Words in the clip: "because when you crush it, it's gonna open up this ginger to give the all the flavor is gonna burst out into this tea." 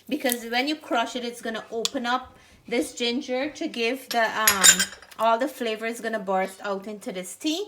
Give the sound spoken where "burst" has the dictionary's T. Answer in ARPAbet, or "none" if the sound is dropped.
T